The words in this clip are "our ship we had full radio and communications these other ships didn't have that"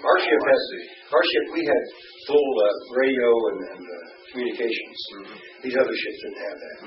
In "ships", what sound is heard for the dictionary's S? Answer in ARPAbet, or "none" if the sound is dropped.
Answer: S